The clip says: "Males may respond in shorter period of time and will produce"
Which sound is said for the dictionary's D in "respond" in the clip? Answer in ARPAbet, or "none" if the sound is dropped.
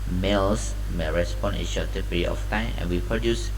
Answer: none